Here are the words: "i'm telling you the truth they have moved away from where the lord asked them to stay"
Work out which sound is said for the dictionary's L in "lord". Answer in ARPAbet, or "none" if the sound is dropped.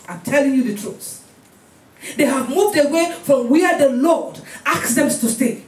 L